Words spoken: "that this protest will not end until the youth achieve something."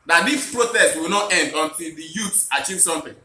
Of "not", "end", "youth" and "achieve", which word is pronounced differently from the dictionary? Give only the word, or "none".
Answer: youth